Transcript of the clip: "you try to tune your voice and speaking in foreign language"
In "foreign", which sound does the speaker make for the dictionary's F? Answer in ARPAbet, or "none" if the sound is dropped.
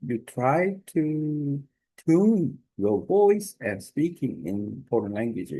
P